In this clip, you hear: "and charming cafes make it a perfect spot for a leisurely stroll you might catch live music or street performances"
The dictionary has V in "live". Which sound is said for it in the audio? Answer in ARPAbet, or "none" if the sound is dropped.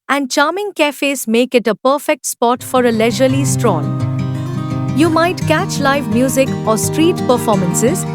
V